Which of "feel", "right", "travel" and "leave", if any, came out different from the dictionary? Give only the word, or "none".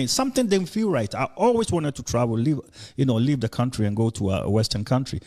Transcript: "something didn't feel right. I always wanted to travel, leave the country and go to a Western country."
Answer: travel